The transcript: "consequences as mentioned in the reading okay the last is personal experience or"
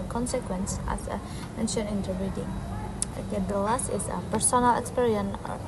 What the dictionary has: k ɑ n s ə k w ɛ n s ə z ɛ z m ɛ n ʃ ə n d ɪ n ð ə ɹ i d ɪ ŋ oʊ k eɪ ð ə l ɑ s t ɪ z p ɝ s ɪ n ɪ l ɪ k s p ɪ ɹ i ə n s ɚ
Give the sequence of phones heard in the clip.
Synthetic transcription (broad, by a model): k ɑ n s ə k w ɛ n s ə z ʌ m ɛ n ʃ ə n ɪ n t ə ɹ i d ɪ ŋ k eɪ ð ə l ɑ s t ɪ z p ɝ s ɪ n ɪ l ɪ k s p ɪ ɹ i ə n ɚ